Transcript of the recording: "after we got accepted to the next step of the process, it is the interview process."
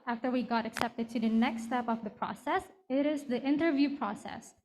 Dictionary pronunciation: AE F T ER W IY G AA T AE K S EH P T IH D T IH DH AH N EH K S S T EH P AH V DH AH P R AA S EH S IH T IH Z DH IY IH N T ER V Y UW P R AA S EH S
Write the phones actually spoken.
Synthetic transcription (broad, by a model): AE F T ER W IY G AA T AE K S EH P T IH D T IH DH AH N EH K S S T EH P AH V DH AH P R AA S EH S IH T IH Z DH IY IH N T ER V Y UW P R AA S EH S